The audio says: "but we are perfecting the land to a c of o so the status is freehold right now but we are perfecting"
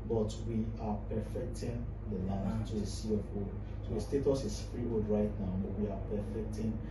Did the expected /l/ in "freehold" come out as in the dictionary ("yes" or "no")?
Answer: no